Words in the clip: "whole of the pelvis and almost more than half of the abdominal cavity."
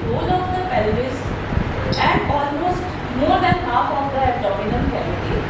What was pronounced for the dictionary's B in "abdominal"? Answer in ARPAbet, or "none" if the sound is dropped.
none